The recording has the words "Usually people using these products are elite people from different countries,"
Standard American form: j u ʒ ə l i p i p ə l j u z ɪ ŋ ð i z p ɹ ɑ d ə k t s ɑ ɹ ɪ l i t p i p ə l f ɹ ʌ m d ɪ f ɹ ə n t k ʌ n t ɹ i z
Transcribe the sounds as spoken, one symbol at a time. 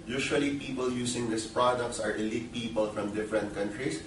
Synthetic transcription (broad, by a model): j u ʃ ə l i p i p ə l j u s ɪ ŋ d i s p ɹ ɑ d ə k t s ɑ ɹ ɪ l i t p i p ə l f ɹ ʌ m d ɪ f ɹ ə n t k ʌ n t ɹ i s